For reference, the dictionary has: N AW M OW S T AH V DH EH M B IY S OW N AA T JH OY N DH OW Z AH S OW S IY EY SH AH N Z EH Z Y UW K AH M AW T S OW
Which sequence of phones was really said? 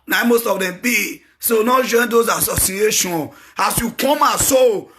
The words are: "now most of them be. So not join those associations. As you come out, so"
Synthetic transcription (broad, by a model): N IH M OW S T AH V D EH M B IY S OW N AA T JH OY N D OW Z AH S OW S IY EY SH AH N AA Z Y UW K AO M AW S OW